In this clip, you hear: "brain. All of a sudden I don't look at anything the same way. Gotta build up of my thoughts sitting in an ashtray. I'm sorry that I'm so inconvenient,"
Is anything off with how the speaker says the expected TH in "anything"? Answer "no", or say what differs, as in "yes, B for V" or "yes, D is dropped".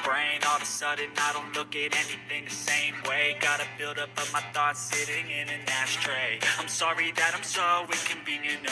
no